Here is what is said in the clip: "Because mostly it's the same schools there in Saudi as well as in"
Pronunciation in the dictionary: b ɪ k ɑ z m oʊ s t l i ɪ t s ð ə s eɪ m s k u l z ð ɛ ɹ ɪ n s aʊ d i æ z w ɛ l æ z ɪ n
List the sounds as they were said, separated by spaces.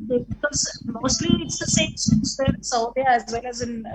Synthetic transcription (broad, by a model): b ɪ k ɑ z m oʊ s t l i ɪ t s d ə s eɪ m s u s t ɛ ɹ ɪ n s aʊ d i æ z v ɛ l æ z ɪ n